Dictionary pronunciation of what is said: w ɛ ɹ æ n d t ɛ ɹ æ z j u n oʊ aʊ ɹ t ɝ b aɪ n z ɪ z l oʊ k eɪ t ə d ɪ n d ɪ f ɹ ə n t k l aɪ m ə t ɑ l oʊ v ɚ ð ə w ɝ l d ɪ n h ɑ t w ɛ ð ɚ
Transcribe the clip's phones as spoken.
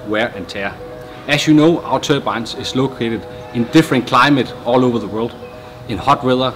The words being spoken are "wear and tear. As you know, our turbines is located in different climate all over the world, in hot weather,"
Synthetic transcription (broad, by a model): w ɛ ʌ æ n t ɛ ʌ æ s j u n oʊ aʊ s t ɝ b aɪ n s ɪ s l oʊ k eɪ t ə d ɪ n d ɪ f ɹ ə n k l aɪ m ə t ɑ l oʊ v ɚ ð ə w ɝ l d ɪ n h ɑ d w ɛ ð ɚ